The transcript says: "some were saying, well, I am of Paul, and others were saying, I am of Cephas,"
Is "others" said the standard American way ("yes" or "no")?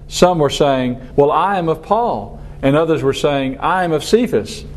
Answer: yes